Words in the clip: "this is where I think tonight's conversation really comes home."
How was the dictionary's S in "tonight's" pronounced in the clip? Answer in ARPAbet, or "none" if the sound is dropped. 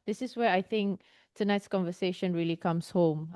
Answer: S